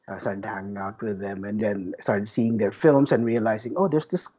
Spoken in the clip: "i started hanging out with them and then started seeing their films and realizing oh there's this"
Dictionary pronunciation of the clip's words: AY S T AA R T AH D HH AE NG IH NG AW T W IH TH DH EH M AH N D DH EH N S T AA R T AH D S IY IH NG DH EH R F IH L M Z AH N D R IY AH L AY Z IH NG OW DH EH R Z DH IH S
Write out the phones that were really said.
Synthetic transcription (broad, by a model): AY S T AA R T AH D HH AE NG IH NG AW T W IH DH EH M AH N D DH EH N S T AA R T AH D S IY IH NG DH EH R F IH L M S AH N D R IY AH L AY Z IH NG OW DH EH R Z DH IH S